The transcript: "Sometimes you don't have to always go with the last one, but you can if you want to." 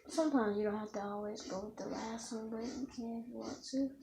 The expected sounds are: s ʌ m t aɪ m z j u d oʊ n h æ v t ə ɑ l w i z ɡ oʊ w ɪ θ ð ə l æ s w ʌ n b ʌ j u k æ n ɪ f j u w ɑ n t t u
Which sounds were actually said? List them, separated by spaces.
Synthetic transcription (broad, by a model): s ʌ m t aɪ m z j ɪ d oʊ n h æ f t ə ɑ l w i z ɡ oʊ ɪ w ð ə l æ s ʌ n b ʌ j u k æ n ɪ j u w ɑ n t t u